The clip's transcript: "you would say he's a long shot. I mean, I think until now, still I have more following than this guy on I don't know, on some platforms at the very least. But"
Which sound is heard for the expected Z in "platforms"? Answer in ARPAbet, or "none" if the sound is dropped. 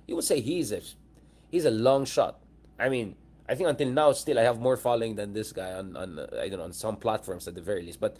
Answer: S